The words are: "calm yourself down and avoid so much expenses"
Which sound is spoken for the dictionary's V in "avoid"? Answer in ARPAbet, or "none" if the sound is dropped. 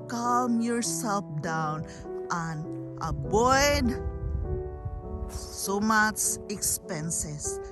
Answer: B